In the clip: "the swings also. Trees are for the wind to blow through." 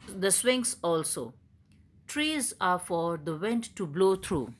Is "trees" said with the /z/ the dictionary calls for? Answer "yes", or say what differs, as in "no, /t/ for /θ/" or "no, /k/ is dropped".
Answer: yes